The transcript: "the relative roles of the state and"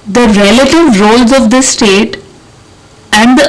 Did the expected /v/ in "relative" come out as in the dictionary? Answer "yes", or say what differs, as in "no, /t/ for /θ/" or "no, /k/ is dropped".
yes